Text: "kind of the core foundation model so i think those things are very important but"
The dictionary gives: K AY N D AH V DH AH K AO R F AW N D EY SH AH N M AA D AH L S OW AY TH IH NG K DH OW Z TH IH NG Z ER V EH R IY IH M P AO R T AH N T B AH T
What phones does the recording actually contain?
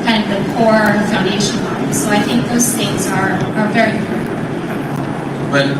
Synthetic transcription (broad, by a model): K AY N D AH V DH AH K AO R F AW N D EY SH AH N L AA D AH S OW AY TH IH NG K DH OW Z TH IH NG Z ER V EH R IY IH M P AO R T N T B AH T